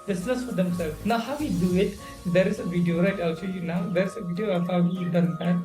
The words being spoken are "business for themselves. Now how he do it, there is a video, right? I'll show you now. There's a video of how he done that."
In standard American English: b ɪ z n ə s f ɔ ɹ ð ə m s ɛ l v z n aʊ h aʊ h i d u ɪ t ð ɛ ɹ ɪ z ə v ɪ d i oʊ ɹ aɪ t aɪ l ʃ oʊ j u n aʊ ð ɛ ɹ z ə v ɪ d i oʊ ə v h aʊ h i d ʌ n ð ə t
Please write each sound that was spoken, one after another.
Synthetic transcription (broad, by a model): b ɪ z n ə s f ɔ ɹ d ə m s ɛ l n aʊ h aʊ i d u ɪ t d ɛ ɹ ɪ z ə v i d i oʊ ɹ aɪ t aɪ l s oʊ j u n aʊ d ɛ ɹ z ə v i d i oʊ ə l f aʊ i d ʌ n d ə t